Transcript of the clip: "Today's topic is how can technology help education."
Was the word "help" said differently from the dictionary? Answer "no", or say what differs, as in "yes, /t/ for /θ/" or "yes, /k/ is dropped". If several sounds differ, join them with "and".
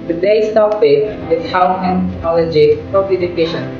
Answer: yes, /l/ is dropped